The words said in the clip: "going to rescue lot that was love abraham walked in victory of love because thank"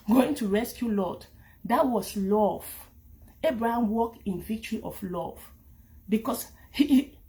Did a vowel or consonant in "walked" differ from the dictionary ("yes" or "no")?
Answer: no